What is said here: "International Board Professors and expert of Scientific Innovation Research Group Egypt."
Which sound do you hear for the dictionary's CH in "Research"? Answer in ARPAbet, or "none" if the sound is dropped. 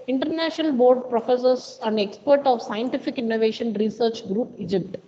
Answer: CH